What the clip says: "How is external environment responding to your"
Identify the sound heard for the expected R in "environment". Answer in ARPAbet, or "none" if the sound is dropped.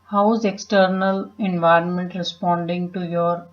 R